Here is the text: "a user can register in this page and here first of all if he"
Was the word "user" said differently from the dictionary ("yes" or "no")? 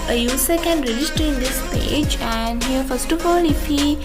yes